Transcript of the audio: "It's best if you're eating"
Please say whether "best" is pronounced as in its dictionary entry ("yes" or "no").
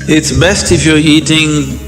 yes